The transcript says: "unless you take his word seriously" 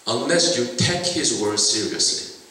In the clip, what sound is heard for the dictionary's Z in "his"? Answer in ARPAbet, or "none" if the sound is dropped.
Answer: Z